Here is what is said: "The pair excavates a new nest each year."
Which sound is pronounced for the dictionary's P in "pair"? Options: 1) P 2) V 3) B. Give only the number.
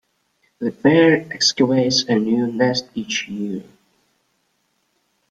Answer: 3